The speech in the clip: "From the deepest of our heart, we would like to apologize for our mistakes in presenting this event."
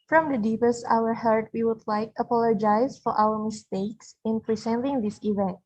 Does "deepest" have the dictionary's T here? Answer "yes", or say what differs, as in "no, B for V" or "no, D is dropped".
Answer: yes